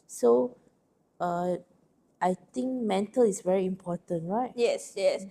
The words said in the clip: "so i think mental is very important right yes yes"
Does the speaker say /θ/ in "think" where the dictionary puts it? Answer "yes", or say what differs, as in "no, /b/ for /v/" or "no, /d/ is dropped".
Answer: no, /t/ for /θ/